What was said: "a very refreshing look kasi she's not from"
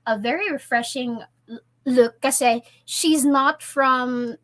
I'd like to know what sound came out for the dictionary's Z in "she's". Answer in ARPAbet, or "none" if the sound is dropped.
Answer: Z